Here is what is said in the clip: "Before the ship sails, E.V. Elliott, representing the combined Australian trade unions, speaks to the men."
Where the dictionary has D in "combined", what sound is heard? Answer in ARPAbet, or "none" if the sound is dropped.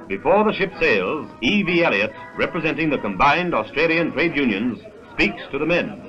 D